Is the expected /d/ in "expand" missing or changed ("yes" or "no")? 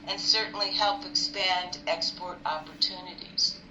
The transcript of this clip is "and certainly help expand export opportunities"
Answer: no